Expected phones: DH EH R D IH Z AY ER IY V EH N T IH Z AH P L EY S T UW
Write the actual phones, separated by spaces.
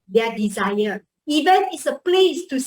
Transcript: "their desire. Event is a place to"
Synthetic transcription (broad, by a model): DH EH D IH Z AY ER IY V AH N IH S AH P L EY S T UW